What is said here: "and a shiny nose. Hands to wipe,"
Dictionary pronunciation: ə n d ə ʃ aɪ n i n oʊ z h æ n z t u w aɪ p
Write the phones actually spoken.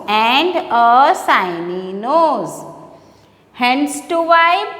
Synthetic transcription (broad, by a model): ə n d ə s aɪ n i n oʊ z h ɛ n s t u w aɪ